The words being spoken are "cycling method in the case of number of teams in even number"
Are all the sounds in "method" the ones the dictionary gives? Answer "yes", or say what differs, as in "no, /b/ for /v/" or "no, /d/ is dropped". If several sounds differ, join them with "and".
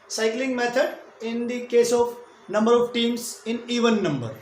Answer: no, /t/ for /θ/